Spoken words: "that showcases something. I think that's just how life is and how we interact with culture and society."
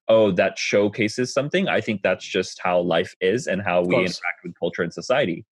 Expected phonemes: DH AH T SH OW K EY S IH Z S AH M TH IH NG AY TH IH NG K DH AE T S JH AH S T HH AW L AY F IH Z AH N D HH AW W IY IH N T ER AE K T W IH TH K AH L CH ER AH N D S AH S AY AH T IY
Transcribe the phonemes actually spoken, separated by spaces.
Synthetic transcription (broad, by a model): DH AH T SH OW K EY S IH Z S AH M TH IH NG AY TH IH NG K DH AE T S JH AH S T HH AW L AY F IH Z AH N HH AW W IY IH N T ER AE K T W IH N K AH L CH ER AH N S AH S AY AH T IY